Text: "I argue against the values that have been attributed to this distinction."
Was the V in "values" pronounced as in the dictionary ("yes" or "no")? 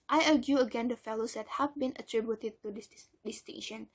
no